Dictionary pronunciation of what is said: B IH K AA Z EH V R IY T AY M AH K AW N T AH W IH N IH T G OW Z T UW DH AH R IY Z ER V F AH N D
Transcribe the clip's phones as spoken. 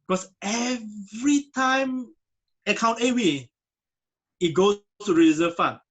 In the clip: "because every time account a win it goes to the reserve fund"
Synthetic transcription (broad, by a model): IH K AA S EH V R IY T AY M AH K AW N T AH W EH IH T G OW S T UW R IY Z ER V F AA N